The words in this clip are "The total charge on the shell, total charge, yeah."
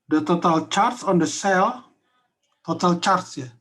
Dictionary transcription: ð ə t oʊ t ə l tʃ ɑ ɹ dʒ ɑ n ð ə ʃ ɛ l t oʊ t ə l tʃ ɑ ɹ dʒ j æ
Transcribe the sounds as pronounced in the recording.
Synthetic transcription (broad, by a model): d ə t oʊ t ə l tʃ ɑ ɹ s ɑ n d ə s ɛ l t oʊ t ə l tʃ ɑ ɹ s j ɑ